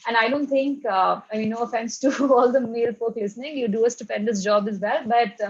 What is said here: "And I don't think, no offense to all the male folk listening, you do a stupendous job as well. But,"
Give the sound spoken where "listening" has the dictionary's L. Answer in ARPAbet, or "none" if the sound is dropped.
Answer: L